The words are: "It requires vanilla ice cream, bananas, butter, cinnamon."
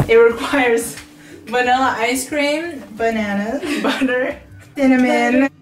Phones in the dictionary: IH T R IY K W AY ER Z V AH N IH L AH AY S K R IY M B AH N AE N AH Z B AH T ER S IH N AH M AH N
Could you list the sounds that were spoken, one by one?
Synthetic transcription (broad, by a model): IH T R IY K W AY ER Z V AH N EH L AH AY S K R IY M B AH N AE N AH B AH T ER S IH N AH M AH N